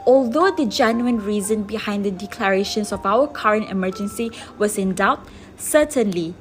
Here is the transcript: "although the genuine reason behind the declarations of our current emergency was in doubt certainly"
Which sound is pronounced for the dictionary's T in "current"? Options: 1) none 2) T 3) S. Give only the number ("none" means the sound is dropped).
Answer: 2